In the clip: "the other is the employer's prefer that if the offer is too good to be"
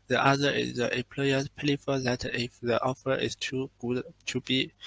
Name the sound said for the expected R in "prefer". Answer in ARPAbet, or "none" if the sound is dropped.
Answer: L